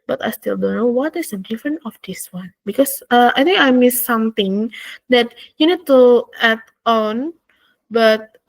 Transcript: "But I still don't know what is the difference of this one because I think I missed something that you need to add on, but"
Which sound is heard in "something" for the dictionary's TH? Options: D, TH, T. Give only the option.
T